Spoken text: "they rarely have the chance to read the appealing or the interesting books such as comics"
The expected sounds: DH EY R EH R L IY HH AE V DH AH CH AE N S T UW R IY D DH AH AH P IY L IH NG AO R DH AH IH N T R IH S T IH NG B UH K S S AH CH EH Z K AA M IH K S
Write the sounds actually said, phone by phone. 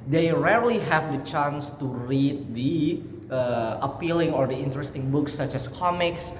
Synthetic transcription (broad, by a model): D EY R EH R L IY HH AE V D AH CH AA N S T UW R IY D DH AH AH P IY L IH NG AO R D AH IH N T R IH S T IH NG B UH K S S AH CH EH S K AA M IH K S